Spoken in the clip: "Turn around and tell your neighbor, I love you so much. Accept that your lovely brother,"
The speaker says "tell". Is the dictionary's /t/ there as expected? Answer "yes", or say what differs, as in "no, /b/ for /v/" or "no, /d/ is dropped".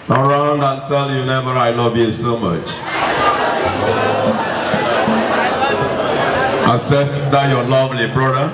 yes